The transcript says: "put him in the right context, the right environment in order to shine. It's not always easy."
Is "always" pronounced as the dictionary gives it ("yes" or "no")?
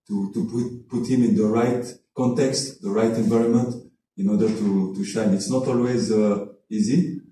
yes